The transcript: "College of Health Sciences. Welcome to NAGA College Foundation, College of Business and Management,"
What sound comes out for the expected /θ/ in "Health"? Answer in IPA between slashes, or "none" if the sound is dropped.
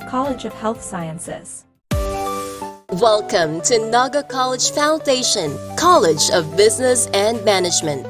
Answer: /θ/